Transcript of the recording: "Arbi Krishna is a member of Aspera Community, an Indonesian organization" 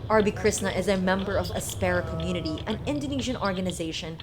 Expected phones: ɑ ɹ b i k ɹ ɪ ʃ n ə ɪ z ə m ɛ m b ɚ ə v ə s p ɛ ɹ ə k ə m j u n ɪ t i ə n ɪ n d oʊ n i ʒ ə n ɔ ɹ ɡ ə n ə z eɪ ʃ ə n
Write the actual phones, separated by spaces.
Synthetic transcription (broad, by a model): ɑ ɹ b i k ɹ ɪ s n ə ɪ z ə m ɛ m b ɚ ə v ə s p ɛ ɹ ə k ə m j u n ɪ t i ə n ɪ n d oʊ n i ʒ ə n ɔ ɹ ɡ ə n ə z eɪ ʃ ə n